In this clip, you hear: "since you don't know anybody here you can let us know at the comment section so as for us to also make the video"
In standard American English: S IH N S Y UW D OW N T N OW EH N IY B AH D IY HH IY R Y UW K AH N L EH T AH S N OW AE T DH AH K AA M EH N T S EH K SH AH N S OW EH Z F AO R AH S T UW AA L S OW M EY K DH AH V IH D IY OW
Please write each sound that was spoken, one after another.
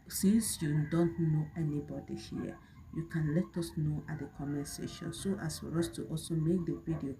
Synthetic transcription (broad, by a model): S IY N S Y UW D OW N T N OW EH N IY B AH D IY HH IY Y UW K AH N L EH T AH S N OW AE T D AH K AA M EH S EH SH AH N S OW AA S F AO R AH S T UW AA L S OW M EY K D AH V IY D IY OW